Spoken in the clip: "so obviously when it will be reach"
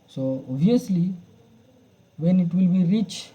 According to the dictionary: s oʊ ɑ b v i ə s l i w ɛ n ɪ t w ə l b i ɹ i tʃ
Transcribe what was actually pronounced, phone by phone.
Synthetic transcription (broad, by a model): s oʊ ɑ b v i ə s l i w ɛ n ɪ t w ə l b i ɹ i tʃ